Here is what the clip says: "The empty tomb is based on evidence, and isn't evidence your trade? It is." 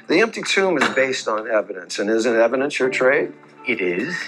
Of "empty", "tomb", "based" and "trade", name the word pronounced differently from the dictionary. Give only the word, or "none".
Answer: none